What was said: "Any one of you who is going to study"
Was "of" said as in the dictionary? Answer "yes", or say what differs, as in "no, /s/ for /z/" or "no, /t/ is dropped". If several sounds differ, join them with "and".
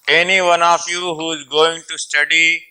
no, /f/ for /v/